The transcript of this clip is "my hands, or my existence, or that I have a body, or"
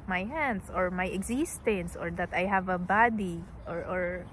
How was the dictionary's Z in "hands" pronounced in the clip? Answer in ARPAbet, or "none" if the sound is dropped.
S